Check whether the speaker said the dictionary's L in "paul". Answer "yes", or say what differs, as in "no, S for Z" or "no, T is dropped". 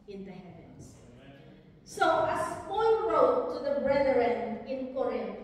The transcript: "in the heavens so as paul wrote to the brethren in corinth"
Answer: no, N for L